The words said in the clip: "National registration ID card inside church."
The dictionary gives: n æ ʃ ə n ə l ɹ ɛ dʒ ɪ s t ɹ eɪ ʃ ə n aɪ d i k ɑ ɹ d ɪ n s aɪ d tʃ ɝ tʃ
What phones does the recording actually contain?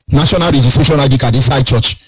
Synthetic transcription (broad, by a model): n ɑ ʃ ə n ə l ɹ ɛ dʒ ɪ s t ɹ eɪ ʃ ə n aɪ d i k ɑ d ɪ s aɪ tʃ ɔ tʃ